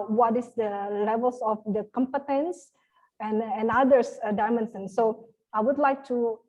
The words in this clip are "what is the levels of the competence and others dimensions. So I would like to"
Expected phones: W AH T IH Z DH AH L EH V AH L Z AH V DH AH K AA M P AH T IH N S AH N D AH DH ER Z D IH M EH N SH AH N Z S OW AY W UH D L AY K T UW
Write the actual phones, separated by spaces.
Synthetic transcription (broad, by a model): W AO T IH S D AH L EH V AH L S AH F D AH K AA M P AH T IH N S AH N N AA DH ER S D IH M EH N S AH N S OW AY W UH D L AY K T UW